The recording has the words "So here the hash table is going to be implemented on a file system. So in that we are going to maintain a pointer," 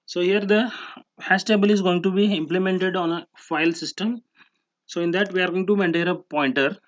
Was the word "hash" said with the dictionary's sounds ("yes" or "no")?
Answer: no